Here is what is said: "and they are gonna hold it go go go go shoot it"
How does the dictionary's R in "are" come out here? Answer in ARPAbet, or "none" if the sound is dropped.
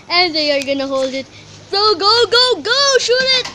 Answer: R